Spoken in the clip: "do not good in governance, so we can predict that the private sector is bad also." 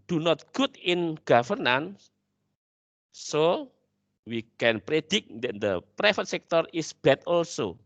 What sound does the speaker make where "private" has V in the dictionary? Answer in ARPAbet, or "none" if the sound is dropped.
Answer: F